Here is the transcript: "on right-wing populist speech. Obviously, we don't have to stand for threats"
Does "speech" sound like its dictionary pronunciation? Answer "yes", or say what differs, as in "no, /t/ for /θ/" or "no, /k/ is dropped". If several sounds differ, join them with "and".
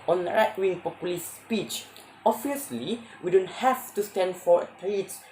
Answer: yes